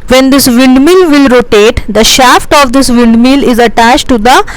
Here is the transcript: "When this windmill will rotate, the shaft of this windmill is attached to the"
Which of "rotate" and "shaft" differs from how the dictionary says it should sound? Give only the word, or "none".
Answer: none